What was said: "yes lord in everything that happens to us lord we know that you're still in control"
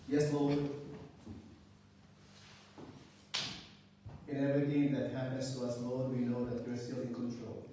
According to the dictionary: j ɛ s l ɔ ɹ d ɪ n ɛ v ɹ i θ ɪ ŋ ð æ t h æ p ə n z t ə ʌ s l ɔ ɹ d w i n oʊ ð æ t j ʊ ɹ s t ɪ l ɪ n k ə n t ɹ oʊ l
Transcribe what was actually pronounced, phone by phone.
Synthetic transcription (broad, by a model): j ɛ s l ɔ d ɪ n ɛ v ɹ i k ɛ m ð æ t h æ ə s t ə ʌ s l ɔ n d w i n oʊ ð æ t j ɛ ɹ s t ɪ l ɪ n k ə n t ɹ oʊ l